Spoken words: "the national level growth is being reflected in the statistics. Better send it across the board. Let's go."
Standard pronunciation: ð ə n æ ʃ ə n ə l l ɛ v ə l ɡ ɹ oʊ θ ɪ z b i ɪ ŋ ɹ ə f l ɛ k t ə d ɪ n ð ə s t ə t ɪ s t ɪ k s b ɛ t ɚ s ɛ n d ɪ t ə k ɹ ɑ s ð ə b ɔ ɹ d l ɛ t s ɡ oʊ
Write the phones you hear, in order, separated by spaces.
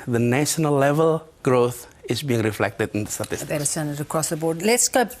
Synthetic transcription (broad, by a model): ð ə n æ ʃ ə n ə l l ɛ v ə l ɡ ɹ oʊ θ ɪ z b i ɪ ŋ ɹ ə f l ɛ k t ə d ɪ n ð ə s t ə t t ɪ s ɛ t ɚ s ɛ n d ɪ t ə k ɹ ɑ s ð ə b ɔ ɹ d l ɛ t s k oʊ